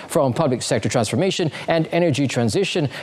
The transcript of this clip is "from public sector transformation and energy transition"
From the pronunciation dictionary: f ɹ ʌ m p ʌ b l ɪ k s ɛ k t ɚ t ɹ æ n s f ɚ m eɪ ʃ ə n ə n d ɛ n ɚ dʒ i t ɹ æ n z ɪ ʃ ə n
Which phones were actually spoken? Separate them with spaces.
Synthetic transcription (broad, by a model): f ɹ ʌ m p ʌ b l ɪ k s ɛ k t ɚ t ɹ æ n s f ɚ m eɪ ʃ ə n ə n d ɛ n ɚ dʒ i t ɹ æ n z ɪ ʃ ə n